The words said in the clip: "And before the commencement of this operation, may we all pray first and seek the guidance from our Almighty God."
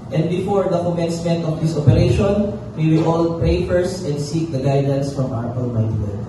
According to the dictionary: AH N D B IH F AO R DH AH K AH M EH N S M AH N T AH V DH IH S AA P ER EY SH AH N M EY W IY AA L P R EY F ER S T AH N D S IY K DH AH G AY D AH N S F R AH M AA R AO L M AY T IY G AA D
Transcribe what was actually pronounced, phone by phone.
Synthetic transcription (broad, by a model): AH N D B IH F AO R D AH K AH M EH N S M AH N T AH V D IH S AA P ER EY SH AH N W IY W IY AA L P EY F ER S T AH N D S IY K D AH G AY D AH N S F R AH M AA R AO N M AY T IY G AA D